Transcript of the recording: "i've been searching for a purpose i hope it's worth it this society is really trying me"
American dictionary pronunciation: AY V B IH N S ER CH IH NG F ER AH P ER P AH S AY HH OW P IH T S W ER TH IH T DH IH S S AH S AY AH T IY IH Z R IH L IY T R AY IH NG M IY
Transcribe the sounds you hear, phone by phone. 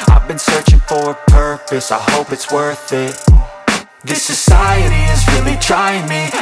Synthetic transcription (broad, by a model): AY V B IH N S ER CH IH NG F ER AH P ER P AH S AY HH OW P IH T S W ER TH IH T DH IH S S AH S AY AH T IY IH Z R IH L IY T R AY IH NG M IY